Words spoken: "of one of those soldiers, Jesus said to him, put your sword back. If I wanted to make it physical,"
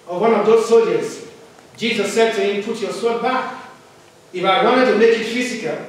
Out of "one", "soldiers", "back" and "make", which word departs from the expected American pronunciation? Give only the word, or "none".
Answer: soldiers